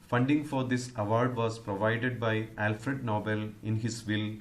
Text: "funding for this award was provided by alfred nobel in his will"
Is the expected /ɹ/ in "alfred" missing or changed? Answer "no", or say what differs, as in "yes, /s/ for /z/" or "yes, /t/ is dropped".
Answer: no